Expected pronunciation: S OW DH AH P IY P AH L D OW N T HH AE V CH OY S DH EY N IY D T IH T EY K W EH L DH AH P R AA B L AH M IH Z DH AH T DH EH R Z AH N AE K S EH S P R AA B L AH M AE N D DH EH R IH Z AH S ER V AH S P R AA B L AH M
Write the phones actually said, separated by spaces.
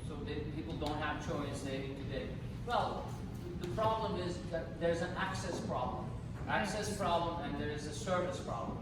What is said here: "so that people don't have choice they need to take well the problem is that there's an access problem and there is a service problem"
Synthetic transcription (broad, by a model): S OW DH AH P IY P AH L D OW N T HH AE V CH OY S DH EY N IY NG T IH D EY W EH L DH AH P R AA B L AH M IH Z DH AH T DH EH R Z AH N AE K S EH S P R AA B L AH M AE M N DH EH R IH Z AH S ER V AH S P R AA B L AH M